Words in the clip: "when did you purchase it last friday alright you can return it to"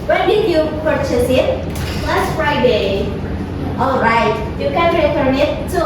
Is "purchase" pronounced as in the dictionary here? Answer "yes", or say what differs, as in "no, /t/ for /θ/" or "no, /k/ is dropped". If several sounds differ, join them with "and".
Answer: yes